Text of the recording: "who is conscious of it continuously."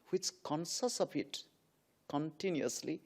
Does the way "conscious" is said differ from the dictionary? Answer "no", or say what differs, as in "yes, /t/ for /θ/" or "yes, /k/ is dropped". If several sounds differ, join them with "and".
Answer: yes, /s/ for /ʃ/